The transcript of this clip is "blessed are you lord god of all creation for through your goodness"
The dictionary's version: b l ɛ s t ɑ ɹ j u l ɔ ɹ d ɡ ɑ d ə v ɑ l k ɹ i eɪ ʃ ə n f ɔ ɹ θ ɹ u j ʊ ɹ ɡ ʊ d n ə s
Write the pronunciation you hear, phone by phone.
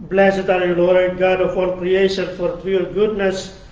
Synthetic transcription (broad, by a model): b l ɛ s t ɑ ɹ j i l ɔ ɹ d ɡ ɑ d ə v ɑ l k ɹ i eɪ ʃ ə n f ɔ ɹ t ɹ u ɹ ɡ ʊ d n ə s